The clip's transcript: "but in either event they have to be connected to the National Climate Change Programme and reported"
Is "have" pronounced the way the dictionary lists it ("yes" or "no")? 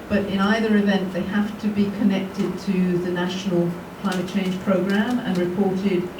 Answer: no